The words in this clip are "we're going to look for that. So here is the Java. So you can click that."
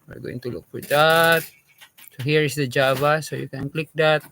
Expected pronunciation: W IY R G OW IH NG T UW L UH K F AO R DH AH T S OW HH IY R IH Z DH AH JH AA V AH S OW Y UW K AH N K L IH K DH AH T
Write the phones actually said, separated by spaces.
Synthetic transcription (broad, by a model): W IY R G OW IH NG T UW L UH K F AO R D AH T S OW HH IY R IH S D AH JH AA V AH S OW Y UW K AH N K L IH K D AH T